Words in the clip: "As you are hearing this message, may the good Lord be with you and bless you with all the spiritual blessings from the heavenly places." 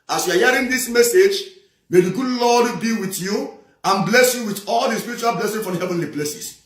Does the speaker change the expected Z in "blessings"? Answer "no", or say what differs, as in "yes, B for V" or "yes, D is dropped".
yes, Z is dropped